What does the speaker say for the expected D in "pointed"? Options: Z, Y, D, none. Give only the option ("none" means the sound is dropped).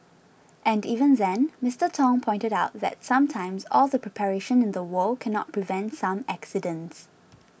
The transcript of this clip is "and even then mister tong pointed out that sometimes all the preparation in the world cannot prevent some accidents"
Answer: D